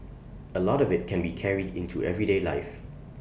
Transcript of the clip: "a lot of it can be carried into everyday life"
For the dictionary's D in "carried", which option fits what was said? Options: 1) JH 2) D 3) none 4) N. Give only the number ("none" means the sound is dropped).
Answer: 2